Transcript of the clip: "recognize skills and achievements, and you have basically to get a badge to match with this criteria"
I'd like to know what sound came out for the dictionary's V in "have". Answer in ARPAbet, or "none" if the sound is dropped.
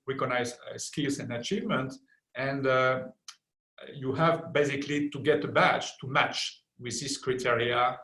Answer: V